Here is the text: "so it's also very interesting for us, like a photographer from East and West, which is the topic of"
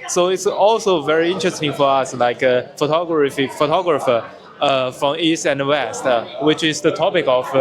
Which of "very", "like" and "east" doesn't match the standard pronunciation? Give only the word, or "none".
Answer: none